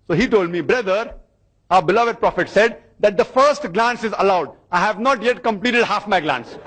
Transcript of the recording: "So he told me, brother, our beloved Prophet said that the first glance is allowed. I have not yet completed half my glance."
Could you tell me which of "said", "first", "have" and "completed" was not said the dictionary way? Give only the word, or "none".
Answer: none